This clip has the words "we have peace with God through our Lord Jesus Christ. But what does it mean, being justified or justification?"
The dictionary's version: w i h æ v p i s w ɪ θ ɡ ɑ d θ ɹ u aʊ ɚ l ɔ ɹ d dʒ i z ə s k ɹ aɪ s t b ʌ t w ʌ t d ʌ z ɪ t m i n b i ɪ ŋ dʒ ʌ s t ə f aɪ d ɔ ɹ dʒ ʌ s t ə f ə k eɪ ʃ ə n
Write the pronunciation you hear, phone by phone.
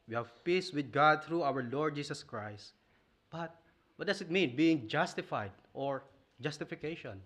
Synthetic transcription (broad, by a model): w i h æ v p i s w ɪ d ɡ ɑ d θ ɹ u aʊ ɚ l ɔ ɹ d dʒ i s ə s k ɹ aɪ s t b ʌ t w ʌ t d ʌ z ɪ t m i n b i ɪ ŋ dʒ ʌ s t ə f aɪ d ɔ ɹ dʒ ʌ s t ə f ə k eɪ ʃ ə n